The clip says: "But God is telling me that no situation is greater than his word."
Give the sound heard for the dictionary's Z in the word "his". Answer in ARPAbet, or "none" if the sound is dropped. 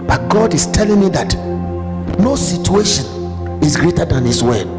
S